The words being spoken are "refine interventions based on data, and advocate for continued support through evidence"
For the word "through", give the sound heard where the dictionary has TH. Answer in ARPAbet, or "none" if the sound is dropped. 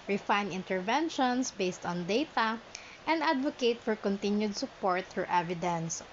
F